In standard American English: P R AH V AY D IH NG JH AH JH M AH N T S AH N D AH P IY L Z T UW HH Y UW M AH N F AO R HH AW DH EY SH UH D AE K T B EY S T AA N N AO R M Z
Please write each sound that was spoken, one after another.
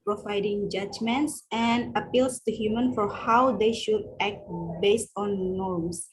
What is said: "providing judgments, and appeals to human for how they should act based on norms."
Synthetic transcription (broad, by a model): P R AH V AY D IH NG JH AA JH M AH N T S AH N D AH P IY L S T UW HH Y UW M AH N F AO R HH AW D EY SH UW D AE K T B EY S T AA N N AO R M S